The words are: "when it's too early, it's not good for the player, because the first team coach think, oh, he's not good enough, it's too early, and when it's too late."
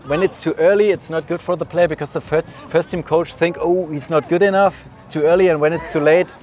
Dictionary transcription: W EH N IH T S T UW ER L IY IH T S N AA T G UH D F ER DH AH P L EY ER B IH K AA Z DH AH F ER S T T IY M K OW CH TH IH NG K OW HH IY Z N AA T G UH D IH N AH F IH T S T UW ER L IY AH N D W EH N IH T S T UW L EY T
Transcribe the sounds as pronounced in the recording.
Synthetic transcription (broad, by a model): W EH N IH T S T UW ER L IY IH T S N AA T G UH D F ER DH AH P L EY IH B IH K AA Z DH AH F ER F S T IY M K OW CH TH IH NG K OW HH IY Z N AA T G UH D IH N AH F IH T S T UW ER L IY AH N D W EH N IH T S T UW L EY T